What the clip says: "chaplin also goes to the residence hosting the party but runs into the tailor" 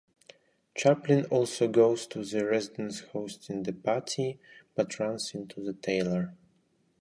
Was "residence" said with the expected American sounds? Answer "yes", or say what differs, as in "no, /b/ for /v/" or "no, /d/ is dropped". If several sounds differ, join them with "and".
yes